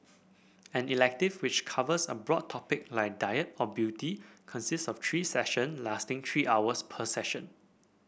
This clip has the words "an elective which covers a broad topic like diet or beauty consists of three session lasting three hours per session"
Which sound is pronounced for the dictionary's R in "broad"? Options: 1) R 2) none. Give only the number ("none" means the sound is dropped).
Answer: 1